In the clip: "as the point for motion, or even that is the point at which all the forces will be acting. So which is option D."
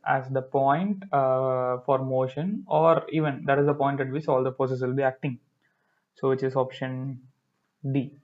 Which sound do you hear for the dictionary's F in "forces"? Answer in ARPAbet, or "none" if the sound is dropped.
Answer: P